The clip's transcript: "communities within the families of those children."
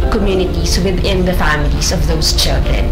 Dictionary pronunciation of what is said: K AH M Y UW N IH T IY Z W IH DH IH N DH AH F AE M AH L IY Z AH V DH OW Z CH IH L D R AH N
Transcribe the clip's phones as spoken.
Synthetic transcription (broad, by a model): K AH M Y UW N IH T IY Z W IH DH IH N DH AH F AE M AH L IY Z AH V DH OW Z CH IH L D R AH N